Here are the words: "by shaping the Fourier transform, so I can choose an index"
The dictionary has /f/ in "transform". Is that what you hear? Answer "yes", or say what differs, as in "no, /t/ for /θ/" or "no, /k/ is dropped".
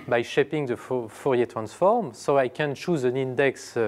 yes